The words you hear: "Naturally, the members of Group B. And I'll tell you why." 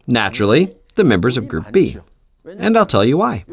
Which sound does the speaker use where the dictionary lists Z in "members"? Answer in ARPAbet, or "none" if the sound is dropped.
Z